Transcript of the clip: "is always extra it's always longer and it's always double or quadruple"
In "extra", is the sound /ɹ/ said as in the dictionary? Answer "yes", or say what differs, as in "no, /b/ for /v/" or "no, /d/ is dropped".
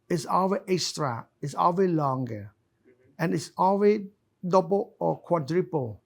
yes